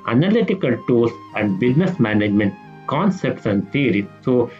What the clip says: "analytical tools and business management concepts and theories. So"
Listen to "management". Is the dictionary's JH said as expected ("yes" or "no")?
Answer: yes